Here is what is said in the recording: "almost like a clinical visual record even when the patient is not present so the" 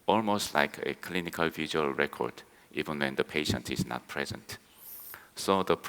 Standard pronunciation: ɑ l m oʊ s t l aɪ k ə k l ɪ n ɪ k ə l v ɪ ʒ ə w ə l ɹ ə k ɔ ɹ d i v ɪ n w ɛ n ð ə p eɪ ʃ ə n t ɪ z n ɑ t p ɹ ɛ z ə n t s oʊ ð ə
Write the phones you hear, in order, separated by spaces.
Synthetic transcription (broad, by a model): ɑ l m oʊ s t l aɪ k ə k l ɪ n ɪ k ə l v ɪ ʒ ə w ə l ɹ ə k ɔ ɹ d i v ɪ n w ɛ n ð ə p eɪ ʃ ə n t ɪ z n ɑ t p ɹ ɛ z ə n t s oʊ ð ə